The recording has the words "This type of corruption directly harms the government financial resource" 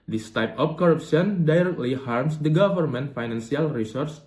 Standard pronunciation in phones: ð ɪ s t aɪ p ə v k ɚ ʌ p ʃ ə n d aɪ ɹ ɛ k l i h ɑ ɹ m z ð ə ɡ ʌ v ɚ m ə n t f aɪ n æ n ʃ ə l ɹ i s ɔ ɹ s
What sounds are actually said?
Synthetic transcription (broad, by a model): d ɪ s t aɪ p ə f k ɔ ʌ p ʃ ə n d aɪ ɹ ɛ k l i h ɑ ɹ m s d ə ɡ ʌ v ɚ m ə n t f aɪ n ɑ n s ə l ɹ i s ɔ ɹ s